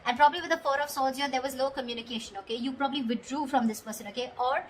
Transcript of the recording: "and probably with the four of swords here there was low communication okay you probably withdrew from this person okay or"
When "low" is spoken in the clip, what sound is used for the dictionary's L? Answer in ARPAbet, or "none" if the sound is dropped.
L